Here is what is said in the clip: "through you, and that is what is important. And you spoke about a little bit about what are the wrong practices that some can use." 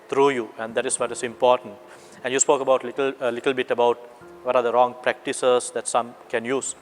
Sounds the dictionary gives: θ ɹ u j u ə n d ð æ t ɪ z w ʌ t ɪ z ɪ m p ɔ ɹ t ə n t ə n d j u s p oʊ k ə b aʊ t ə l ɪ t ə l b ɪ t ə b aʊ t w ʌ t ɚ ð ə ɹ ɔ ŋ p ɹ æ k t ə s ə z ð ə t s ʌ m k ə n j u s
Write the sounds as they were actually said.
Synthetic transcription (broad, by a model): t ɹ u j u ə n d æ t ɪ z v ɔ t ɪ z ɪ m p ɔ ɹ t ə n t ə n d j u s p oʊ k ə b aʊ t ə l ɪ t ə l b ɪ t ə b aʊ t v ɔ t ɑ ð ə ɹ ɔ ŋ p ɹ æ k t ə s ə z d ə t s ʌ m k ə n j u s